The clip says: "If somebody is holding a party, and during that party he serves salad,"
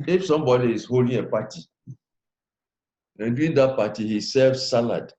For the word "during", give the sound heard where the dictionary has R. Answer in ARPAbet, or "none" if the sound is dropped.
none